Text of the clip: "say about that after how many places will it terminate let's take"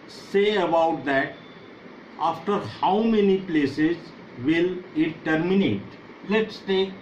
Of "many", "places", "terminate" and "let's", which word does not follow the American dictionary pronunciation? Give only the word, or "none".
none